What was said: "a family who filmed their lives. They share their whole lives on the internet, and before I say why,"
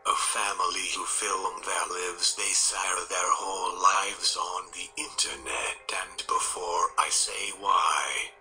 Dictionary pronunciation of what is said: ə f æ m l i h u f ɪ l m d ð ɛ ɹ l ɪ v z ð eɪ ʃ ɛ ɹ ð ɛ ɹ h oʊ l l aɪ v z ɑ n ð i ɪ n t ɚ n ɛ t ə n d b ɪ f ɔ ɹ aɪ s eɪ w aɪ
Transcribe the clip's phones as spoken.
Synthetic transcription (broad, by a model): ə f æ m l i h u f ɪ l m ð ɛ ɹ l ɪ v z ð eɪ s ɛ ɹ ð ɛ ɹ h oʊ l l aɪ v z n ð i ɪ n t ɚ n ɛ t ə n b ɪ f ɔ ɹ aɪ s eɪ w aɪ